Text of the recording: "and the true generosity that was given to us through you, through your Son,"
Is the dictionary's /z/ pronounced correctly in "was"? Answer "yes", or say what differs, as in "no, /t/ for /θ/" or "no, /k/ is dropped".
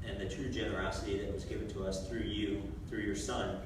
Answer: yes